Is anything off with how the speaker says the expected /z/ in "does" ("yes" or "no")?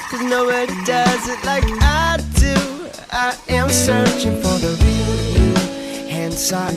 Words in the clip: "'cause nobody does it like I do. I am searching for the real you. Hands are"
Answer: no